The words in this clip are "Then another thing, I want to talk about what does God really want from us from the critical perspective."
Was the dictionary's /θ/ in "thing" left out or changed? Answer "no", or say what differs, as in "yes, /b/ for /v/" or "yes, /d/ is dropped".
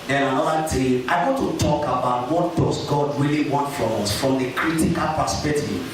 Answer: yes, /t/ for /θ/